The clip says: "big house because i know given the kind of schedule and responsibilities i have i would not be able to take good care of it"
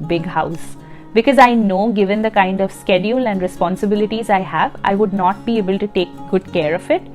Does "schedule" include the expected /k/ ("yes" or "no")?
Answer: yes